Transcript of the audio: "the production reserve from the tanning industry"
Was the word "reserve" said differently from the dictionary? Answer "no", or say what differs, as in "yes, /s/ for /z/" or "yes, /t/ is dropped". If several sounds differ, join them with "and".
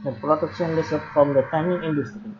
yes, /l/ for /ɹ/ and /s/ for /z/ and /p/ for /v/